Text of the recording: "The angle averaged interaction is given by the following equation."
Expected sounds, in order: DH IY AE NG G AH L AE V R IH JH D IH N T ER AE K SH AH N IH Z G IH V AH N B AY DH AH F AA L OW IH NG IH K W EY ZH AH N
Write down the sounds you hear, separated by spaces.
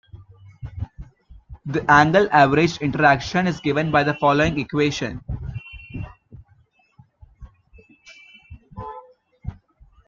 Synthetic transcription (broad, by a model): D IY AE NG G AH L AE V R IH JH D IH N T ER AE K SH AH N IH Z G IH V AH N B AY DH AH F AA L OW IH NG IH K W EY SH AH N